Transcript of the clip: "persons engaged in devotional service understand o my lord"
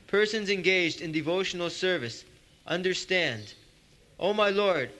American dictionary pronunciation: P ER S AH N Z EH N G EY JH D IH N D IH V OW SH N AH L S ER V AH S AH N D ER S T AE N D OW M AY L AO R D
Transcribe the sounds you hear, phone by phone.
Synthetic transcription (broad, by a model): P ER S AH N Z EH N G EY JH D IH N D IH V OW SH N L S ER V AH S AH N D ER S T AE N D OW M AY L AO R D